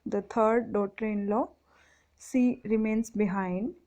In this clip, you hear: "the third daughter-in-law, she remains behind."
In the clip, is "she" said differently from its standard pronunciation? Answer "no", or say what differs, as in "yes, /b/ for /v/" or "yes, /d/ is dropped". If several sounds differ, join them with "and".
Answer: yes, /s/ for /ʃ/